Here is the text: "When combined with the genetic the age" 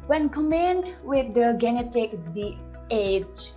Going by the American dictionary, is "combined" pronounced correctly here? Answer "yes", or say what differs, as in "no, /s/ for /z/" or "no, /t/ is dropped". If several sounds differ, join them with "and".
no, /b/ is dropped